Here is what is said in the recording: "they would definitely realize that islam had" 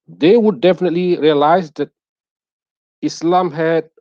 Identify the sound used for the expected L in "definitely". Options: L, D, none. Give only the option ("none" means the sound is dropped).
L